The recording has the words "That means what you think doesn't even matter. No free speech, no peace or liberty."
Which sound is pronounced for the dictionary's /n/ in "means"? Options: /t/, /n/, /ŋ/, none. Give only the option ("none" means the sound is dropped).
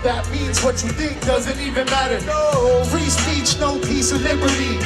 /n/